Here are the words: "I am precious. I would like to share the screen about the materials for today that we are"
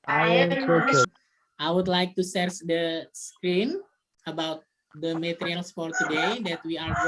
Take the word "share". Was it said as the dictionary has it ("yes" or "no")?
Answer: no